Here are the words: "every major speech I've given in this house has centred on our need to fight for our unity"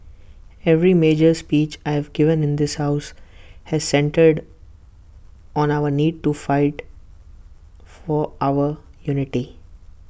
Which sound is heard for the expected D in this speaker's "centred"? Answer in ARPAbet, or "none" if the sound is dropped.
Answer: D